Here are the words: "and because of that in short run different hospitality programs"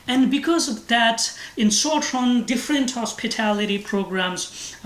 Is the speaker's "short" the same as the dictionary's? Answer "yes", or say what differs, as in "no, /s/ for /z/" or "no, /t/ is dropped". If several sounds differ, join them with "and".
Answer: no, /s/ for /ʃ/